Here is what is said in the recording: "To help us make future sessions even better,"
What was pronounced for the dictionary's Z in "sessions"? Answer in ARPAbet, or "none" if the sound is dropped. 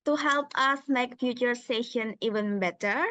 none